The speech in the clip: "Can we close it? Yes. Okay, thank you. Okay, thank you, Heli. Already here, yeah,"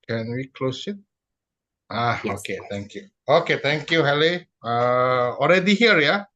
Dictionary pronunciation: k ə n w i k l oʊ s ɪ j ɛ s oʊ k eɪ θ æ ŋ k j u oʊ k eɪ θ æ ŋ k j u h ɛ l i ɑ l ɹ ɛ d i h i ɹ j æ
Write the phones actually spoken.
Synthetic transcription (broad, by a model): k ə n w i k l oʊ s ɪ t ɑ oʊ k eɪ t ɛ ŋ k j u oʊ k eɪ t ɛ ŋ k j u h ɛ l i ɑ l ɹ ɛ d i h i ɹ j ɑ